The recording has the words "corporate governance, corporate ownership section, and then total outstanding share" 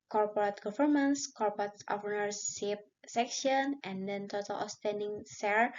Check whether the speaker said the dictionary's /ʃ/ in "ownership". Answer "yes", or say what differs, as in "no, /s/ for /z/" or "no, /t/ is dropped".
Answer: no, /s/ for /ʃ/